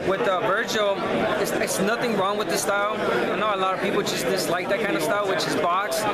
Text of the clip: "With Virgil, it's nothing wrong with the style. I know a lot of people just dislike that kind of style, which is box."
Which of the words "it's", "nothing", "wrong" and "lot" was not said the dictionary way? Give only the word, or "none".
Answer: none